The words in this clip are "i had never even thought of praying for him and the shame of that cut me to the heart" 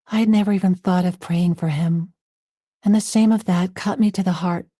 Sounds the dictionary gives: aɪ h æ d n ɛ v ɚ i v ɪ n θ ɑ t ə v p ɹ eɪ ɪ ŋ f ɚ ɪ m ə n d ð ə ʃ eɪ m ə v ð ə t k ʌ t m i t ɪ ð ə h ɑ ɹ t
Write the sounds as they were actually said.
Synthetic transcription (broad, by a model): aɪ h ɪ d n ɛ v ɚ i v ɪ n θ ɑ t ə v p ɹ eɪ ɪ ŋ f ɚ ɪ m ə n ð ə s eɪ m ə v ð ə t k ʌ t m i t ɪ ð ə h ɑ ɹ t